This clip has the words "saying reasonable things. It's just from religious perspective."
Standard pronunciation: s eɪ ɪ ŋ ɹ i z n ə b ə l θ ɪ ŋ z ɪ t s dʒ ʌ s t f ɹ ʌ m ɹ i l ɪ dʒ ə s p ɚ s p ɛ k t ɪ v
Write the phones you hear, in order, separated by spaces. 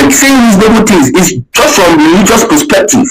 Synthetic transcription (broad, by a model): s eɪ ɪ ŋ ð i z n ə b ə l t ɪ z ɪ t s dʒ ʌ s t f ɹ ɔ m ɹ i l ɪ dʒ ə s p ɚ s p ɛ k t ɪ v